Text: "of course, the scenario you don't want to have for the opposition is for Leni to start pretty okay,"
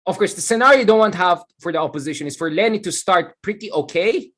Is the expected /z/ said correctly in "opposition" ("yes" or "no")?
yes